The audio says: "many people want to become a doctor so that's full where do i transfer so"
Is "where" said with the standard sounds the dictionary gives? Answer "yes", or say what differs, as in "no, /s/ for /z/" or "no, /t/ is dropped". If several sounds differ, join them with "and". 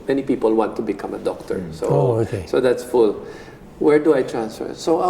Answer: yes